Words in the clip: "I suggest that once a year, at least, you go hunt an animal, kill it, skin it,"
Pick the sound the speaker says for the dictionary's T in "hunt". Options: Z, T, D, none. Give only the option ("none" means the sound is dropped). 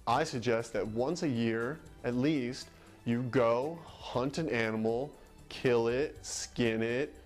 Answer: T